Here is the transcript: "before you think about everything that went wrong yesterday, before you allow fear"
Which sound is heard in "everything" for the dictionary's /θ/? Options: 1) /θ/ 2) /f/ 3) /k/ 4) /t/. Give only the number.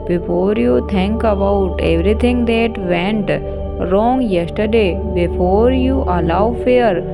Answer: 4